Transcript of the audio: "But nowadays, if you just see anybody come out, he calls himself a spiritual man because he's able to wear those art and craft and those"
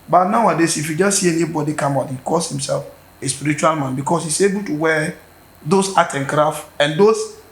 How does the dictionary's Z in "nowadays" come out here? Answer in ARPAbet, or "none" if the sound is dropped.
S